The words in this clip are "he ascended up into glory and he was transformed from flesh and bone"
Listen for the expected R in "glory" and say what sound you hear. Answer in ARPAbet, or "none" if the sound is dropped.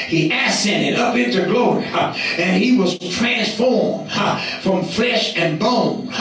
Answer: R